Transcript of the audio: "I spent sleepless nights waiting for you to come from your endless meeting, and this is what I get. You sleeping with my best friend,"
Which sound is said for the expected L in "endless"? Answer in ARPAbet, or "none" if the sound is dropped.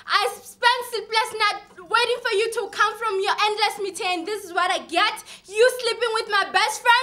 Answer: L